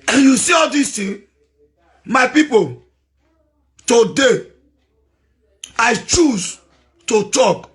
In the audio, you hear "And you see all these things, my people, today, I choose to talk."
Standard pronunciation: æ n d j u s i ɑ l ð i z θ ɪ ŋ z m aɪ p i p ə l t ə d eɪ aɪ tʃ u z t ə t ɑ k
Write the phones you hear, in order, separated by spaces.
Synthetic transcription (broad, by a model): j u s i ɑ l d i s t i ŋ m aɪ p i p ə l t ə d eɪ aɪ tʃ u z t ə t ɑ k